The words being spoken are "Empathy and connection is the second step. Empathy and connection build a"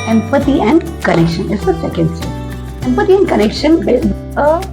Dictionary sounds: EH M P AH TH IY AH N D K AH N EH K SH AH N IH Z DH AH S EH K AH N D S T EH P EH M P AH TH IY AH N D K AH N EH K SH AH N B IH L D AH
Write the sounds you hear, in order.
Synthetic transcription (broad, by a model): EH M P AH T IY AH N D K AH N EH K SH AH N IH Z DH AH S EH K AH N D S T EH EH M P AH T IY AH N D K AH N EH K SH AH N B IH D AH